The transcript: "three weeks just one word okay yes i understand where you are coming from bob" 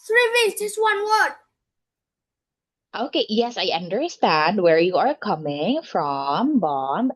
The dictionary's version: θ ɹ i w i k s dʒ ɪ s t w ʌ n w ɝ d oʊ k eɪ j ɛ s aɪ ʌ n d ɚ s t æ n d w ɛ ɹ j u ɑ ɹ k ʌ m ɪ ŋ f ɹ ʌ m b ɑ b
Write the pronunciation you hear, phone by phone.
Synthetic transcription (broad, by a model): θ ɹ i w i s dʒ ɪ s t w ʌ n w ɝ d oʊ k eɪ j ɛ s aɪ ʌ n d ɚ s t æ n d w ɛ ɹ j u ɑ ɹ k ʌ m ɪ ŋ f ɹ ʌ m b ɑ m